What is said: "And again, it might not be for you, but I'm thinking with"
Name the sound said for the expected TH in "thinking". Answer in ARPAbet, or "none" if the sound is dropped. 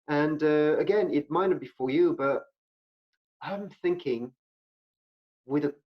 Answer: TH